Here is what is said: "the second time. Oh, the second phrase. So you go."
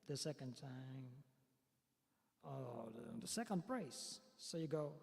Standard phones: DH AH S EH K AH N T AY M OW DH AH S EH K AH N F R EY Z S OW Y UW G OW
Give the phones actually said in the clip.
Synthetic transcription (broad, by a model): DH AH S EH K AH N T AY M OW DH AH S EH K AH N P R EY S OW Y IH G OW